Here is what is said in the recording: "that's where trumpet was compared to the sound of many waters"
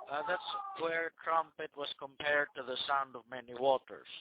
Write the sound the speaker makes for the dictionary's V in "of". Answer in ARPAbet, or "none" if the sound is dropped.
V